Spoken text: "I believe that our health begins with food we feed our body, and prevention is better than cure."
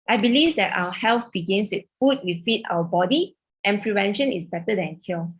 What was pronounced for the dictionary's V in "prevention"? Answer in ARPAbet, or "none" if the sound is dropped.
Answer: V